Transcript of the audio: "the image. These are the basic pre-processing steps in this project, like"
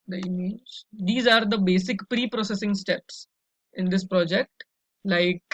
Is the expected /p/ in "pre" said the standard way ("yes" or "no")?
yes